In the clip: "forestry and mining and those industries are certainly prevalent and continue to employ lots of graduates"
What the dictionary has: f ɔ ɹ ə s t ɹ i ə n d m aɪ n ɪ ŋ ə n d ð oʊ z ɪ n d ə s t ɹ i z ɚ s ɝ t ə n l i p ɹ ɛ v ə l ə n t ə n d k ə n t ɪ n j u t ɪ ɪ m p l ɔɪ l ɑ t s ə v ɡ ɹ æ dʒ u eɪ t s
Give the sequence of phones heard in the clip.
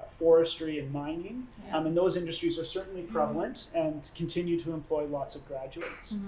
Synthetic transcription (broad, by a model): f ɔ ɹ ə s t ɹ i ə n m aɪ n ɪ ŋ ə n ð oʊ z ɪ n d ə s t ɹ i z ɚ s ɝ t n l i p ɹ ɛ v l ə n t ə n k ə n t ɪ n j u t ɪ ɪ m p l ɔɪ l ɑ t s ə v ɡ ɹ æ dʒ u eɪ t s